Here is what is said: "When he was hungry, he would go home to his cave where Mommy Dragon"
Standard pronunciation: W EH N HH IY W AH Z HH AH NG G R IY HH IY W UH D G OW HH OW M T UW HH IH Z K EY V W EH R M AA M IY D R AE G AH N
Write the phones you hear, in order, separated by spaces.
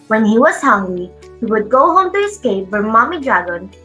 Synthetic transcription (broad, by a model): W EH N HH IY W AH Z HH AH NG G IY HH IY W UH D G OW HH OW M T UW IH S K EY P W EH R M AA M IY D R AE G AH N